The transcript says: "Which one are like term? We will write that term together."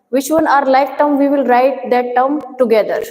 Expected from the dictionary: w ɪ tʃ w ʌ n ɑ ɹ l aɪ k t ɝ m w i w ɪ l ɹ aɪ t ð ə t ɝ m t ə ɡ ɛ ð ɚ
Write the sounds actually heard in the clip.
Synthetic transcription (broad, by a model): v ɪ tʃ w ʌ n ɑ ɹ l aɪ k t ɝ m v i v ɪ l ɹ aɪ t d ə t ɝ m t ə ɡ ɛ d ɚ